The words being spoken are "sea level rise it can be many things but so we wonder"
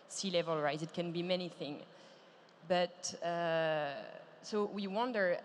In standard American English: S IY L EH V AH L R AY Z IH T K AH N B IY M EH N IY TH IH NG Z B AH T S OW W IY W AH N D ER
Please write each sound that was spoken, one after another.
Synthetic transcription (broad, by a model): S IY L EH V AH L R AY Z IH T K AH N B IY M EH N IY TH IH NG B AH T S OW W IY W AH N D ER